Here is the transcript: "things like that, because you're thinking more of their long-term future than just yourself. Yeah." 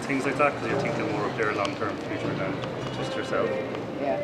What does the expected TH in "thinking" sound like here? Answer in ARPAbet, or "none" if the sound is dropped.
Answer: T